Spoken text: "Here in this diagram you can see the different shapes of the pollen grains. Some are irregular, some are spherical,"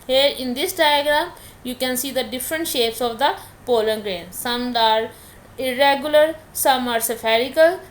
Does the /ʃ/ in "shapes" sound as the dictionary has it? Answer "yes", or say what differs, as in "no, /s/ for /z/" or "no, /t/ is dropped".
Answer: yes